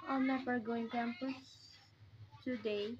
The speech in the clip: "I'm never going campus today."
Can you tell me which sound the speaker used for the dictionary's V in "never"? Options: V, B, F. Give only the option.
F